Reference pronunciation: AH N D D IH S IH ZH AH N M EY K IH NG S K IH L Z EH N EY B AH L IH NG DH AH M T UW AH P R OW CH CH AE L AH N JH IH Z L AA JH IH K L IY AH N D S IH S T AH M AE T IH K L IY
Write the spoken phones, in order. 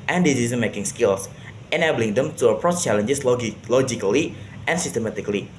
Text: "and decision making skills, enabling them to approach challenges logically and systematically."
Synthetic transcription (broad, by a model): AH N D D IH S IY Z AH N M EY K IH NG S K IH L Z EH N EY B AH L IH NG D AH M T UW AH P R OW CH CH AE L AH N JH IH S L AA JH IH K L IY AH N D S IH S T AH M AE T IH K L IY